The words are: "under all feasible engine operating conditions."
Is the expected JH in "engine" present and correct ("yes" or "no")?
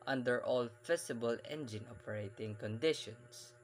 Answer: yes